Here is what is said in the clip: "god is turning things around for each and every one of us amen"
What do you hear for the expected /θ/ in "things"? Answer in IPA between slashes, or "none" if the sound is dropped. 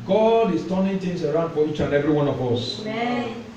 /t/